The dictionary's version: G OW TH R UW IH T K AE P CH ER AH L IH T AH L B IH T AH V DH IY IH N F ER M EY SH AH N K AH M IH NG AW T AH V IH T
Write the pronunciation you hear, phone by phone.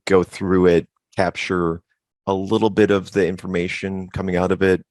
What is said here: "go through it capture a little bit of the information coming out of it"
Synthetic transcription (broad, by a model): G OW TH R UW IH T K AE P CH ER AH L IH T L B IH T AH V DH IY IH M F ER M EY SH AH N K AH M IH NG AW T AH V IH T